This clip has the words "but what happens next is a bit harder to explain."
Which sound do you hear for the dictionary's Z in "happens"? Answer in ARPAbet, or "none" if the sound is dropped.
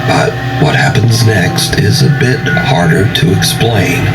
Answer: Z